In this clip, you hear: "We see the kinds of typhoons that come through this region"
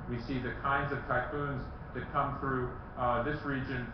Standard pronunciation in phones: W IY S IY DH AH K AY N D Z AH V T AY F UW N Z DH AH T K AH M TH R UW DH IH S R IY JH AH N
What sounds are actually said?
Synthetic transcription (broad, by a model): W IY S IY DH AH K AY N D Z AH V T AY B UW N Z DH AH T K AH M TH R UW DH IH S R IY JH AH N